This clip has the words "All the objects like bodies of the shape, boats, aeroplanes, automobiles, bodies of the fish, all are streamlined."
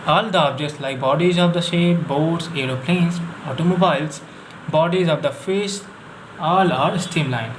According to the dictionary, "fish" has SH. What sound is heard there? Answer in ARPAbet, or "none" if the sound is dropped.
S